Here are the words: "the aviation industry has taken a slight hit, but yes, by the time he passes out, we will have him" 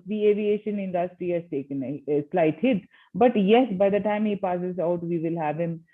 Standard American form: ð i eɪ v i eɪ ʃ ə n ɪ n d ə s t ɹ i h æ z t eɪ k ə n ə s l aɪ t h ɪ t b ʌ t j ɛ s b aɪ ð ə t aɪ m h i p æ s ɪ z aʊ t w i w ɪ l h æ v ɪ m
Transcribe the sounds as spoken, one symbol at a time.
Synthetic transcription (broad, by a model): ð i eɪ v i eɪ ʃ ə n ɪ n d ə s t ɹ i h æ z t eɪ k ə n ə s l aɪ t h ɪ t b ʌ t j ɛ s b aɪ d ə t aɪ m h i p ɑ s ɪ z aʊ t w i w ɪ l h æ v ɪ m